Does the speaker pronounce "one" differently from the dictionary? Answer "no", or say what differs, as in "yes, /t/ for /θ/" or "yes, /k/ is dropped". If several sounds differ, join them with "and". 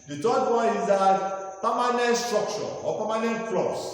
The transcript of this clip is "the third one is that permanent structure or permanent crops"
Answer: yes, /n/ is dropped